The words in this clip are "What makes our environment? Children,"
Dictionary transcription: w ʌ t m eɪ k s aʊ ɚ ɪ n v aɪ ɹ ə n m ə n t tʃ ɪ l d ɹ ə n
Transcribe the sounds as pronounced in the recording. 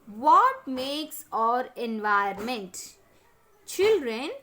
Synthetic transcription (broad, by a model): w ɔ t m eɪ k s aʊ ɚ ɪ n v aɪ ə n m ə n t tʃ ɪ l d ɹ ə n